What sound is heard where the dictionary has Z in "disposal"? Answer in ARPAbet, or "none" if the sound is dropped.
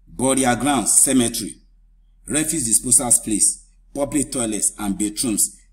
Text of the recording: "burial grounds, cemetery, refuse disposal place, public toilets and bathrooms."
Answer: S